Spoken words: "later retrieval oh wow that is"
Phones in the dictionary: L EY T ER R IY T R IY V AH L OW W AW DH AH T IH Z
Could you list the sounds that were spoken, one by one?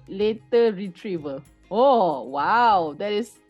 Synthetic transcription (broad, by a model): L EY T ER R IY T R IY V AH L OW W AW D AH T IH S